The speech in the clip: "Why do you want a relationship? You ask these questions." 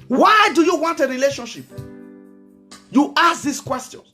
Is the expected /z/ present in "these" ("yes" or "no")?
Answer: no